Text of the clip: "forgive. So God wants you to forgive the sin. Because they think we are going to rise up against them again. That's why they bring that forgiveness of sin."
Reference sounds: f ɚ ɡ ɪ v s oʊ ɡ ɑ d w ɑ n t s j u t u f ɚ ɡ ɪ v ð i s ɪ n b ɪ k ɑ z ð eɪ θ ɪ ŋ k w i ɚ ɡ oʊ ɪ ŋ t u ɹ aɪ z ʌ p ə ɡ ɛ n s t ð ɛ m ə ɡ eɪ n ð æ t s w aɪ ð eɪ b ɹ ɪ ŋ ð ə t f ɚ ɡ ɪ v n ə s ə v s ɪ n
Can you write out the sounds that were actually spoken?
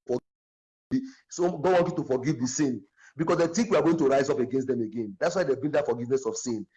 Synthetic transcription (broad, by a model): f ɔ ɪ s oʊ ɡ ɑ d w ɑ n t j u t u f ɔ ɡ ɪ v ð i s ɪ n b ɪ k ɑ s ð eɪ t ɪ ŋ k w i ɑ ɡ oʊ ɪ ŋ t u ɹ aɪ z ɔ p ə ɡ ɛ n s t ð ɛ m ə ɡ eɪ n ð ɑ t s w aɪ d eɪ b ɪ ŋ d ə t f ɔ ɡ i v n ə s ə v s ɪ n